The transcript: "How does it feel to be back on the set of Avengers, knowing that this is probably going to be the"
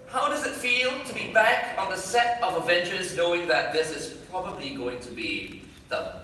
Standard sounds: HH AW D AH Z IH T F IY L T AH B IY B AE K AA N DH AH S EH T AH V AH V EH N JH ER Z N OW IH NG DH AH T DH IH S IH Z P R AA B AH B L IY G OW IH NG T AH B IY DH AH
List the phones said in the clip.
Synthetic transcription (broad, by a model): HH AW D AH Z IH T F IY L T AH B IY B AE K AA N DH AH S EH T AH V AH V EH N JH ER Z N OW IH NG DH AH T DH IH S IH Z P R AA B AH B L IY G OW IH NG T AH B IY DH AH